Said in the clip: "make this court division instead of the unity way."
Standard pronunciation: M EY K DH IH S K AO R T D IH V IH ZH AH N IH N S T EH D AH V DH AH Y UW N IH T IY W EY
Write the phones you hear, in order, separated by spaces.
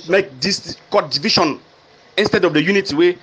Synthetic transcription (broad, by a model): M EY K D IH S K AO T D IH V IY SH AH N IH N S T EH D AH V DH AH Y UW N IH T IY W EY